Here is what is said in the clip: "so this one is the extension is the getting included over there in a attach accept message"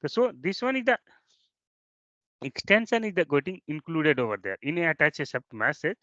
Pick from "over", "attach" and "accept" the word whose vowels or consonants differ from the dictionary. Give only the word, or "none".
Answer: accept